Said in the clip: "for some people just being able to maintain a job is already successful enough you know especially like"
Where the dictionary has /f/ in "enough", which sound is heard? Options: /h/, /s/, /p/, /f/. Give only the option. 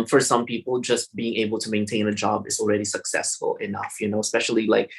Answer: /f/